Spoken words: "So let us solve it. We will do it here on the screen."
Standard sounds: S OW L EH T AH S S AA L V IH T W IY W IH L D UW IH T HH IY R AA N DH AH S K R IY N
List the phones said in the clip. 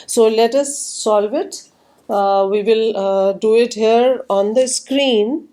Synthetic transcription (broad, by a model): S OW L EH T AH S S AA L V IH T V IY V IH L D UW IH T HH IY R AA N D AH S K R IY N